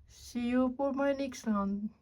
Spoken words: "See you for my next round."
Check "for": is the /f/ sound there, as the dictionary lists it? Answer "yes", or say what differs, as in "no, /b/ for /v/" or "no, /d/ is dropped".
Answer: no, /p/ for /f/